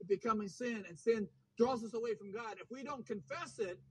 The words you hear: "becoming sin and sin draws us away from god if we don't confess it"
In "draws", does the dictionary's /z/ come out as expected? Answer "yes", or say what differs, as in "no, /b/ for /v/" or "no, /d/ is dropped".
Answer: yes